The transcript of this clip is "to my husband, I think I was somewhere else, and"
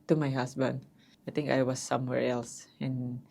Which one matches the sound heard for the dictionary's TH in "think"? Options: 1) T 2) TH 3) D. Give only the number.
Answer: 1